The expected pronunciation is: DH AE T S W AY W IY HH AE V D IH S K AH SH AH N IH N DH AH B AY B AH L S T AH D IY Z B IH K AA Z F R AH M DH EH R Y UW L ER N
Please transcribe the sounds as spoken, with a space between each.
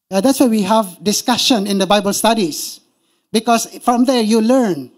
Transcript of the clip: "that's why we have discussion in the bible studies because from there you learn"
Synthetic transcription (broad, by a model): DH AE T S W AY W IY HH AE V D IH S K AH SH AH N IH N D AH B AY B AH L S T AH D IY S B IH K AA S F R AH M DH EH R Y UW L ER N